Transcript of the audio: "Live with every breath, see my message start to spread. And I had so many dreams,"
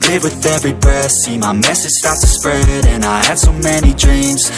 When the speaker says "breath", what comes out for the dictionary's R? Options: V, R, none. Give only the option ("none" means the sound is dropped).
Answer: none